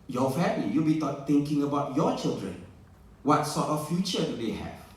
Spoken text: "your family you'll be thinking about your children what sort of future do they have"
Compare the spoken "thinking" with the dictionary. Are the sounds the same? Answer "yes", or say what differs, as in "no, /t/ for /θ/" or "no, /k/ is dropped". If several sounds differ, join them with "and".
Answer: no, /t/ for /θ/